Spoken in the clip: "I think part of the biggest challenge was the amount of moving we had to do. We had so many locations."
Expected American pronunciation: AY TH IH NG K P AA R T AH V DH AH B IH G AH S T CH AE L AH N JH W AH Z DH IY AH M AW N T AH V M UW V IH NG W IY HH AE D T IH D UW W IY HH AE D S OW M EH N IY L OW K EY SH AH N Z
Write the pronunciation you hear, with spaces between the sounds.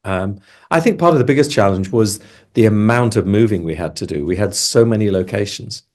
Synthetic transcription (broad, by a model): AY TH IH NG K P AA R T AH V DH AH B IH G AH S CH AE L AH N JH W AH Z DH IY AH M AW N T AH V M UW V IH NG W IY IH D T IH D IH W IY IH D S OW M EH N IY L OW K EY SH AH N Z